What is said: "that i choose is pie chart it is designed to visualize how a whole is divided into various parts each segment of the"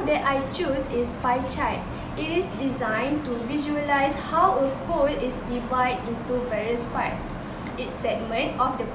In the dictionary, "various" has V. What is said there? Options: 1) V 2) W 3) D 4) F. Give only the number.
1